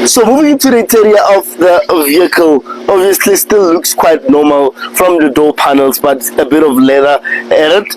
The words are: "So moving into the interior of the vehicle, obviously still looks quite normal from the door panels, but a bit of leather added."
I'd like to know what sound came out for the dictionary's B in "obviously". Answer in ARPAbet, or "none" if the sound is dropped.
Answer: B